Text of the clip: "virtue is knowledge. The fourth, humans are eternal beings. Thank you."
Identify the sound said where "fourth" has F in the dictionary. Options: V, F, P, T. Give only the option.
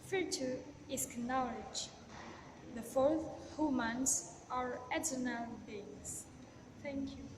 F